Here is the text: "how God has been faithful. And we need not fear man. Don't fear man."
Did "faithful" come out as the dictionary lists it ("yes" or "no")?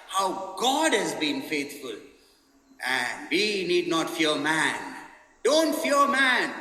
no